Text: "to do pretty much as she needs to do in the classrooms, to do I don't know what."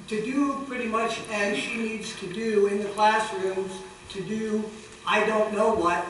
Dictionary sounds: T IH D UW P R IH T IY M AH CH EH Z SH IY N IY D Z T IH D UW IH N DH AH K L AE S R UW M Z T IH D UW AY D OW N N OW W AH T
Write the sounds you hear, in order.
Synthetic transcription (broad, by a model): T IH D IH P R IH T IY M AH CH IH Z SH IY N IY D Z T IH D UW IH N DH AH K L AE S R UW M Z T IH D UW AY D OW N N OW W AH T